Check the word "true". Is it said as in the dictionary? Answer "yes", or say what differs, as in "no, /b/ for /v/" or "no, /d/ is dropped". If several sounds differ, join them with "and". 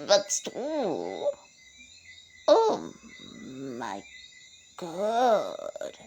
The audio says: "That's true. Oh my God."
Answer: no, /ɹ/ is dropped